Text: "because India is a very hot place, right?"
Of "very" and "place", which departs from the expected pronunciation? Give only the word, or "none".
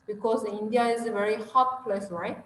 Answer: none